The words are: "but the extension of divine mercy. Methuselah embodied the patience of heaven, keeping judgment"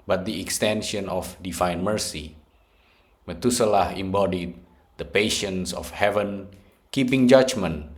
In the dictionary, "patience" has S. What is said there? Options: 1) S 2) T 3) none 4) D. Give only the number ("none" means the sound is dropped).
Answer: 1